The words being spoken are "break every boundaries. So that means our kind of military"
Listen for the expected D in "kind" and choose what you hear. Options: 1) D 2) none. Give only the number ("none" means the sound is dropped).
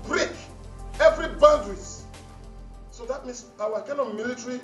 2